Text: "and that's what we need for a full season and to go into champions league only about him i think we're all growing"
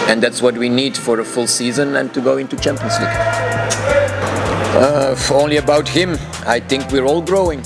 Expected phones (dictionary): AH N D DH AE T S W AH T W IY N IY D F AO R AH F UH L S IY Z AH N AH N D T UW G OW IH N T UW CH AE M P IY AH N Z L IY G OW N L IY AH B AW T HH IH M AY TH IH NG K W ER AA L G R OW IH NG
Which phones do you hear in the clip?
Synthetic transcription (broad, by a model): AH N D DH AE T S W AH T W IY N IY D F AO R AH F UH L S IY Z AH N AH N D T UW G OW IH N T UW CH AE M P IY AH N S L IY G OW N L IY AH B AW T HH IH M AY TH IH NG K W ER AA L G R OW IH NG